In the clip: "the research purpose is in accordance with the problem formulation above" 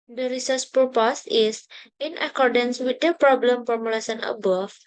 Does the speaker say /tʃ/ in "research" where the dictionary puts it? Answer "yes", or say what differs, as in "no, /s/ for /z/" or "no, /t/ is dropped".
no, /s/ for /tʃ/